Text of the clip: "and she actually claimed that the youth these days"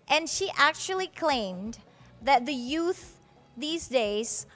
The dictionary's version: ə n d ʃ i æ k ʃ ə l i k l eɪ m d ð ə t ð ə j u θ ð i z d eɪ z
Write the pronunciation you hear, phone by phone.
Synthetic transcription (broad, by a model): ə n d ʃ i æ k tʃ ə l i k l eɪ m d ð ə t ð ə j u θ ð i z d eɪ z